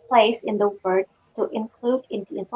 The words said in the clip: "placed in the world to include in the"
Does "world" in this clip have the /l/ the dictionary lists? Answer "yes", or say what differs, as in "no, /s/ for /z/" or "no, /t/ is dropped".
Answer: no, /l/ is dropped